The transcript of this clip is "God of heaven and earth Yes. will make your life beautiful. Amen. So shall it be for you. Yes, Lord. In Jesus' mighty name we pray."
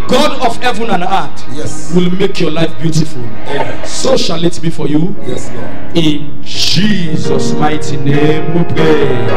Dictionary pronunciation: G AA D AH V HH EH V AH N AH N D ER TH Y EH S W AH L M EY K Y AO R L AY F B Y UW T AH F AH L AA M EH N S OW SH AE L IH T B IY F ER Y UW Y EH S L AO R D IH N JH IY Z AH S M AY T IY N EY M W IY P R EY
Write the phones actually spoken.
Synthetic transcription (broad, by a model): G AA D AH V HH EH V AH N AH N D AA T Y EH S W AH L M EY K Y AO L AY F B Y UW T AH F AH L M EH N S OW SH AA L IH T B IY F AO Y UW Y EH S IH N JH IY Z AH S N AY T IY N EY M W IY P R EY